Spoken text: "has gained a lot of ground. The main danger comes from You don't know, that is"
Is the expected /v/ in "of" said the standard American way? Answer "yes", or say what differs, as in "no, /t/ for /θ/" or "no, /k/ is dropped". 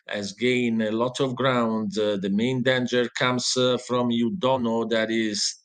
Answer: yes